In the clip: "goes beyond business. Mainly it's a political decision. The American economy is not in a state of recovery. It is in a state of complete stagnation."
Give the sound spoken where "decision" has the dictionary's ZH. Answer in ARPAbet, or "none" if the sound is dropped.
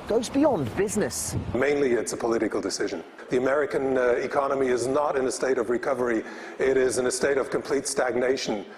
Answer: ZH